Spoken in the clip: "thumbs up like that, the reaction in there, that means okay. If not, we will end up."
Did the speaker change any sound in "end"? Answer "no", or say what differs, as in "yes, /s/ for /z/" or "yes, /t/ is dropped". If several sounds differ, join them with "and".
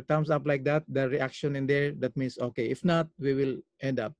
no